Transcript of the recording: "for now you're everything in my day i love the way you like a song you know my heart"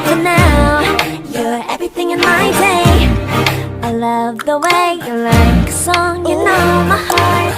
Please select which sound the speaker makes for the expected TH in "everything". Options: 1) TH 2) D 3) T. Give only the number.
1